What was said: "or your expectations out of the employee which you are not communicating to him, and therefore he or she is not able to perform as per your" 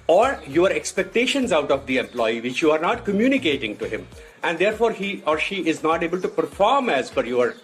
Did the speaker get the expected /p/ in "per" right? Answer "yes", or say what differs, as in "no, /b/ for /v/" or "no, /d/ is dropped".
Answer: no, /f/ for /p/